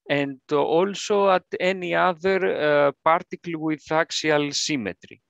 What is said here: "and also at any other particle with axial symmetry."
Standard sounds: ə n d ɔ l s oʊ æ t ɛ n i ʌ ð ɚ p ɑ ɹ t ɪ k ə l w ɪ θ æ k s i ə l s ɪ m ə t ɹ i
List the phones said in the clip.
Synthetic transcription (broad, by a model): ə n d ɔ l s oʊ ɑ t ɛ n i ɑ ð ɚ p ɑ ɹ t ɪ k l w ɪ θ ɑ k s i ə l s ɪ m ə t ɹ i